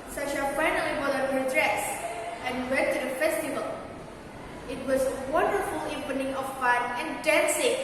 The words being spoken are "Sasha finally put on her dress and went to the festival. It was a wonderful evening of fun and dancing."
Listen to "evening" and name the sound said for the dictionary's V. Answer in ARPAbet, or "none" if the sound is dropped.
P